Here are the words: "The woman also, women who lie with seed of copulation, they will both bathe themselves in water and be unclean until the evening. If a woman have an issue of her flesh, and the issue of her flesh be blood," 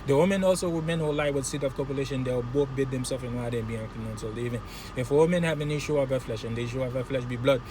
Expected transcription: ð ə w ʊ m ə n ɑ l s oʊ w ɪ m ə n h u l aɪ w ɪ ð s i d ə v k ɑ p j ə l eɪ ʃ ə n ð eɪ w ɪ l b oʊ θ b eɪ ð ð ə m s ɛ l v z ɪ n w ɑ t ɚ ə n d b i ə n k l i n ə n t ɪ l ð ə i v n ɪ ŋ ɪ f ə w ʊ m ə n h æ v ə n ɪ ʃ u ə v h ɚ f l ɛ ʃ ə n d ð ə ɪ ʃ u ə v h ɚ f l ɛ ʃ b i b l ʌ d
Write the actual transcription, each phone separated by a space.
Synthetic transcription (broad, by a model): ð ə w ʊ m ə n ɑ l s oʊ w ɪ m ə n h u l aɪ w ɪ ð s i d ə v k ɑ p j ə l eɪ ʃ ə n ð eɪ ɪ w b oʊ θ b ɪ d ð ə m s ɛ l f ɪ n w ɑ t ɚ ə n b i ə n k i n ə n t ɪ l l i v ɪ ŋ ɪ f ə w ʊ m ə n h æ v ə n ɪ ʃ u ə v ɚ f l ɛ ʃ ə n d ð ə ɪ ʃ u ə v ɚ f l ɛ ʃ b i b l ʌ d